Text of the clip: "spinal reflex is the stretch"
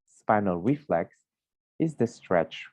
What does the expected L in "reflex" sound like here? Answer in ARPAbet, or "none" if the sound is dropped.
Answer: L